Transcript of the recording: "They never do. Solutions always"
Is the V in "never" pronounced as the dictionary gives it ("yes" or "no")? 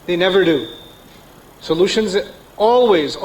yes